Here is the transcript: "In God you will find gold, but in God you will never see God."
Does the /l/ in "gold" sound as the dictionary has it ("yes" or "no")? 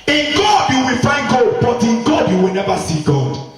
no